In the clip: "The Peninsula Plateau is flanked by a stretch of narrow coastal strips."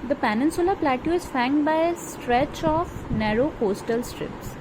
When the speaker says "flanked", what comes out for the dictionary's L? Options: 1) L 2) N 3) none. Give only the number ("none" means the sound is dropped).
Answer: 3